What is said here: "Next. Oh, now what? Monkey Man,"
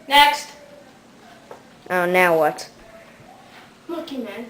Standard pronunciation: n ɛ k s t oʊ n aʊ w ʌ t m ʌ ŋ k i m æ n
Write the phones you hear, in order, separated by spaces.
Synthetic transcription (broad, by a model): n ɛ k s t oʊ n aʊ w ʌ t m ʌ k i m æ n